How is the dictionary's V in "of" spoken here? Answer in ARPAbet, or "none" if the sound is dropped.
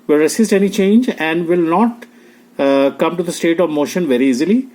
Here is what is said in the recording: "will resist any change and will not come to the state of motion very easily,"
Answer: V